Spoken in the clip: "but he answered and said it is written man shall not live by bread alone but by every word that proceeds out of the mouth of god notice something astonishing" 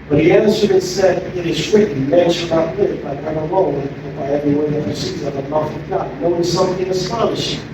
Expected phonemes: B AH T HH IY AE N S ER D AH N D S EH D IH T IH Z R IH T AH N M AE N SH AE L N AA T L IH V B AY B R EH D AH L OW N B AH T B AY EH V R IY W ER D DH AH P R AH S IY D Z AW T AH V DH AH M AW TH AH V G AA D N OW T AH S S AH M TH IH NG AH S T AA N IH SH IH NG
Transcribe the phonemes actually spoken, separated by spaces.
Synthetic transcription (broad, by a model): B AH T HH IY AE N S ER D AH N S EH D IH T IH Z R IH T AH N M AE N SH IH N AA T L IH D B AY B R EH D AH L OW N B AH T B AY EH V R IY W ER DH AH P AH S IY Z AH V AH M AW F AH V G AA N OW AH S S AH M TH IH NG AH S T AA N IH SH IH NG